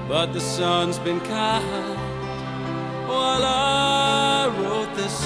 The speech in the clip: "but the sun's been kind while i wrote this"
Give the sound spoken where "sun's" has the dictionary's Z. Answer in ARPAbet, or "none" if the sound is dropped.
Z